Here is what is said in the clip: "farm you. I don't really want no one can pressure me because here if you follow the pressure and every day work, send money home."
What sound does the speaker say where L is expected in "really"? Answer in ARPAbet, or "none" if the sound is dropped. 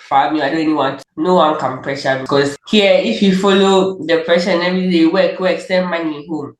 N